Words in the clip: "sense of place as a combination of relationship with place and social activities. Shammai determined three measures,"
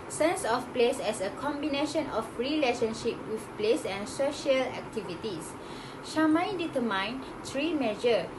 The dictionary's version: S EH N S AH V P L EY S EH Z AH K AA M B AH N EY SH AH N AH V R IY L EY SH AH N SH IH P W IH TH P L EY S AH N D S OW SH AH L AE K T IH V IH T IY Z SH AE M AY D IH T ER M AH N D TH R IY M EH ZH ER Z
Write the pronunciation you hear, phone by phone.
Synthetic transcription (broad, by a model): S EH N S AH F P L EY S EH S AH K AA M B AH N EY SH AH N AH F R IY L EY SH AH N SH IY P W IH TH P L EY S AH N S OW SH AH L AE K T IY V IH T IY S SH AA M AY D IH T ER M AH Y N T R IY M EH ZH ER